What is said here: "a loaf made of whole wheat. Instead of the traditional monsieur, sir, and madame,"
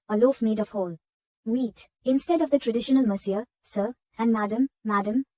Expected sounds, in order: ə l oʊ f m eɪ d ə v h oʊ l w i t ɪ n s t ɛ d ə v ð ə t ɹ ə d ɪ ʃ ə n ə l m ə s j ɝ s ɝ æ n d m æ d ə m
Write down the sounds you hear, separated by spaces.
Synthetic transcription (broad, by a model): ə l oʊ f m eɪ d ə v h oʊ l w i t ɪ n s t ɛ d ə v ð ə t ɹ ə d ɪ ʃ ə n ə l m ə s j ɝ s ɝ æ n d m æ d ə m